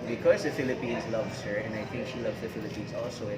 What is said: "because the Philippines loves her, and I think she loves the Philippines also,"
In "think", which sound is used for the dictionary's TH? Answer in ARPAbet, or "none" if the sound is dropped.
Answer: T